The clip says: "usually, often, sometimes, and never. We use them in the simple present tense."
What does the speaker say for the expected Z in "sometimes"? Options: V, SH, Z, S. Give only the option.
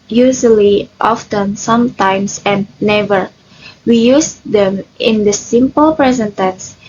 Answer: S